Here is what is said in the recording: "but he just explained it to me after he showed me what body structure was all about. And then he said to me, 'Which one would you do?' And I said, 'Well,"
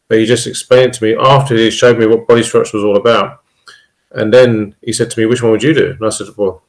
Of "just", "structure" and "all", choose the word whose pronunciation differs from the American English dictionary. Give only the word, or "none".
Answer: structure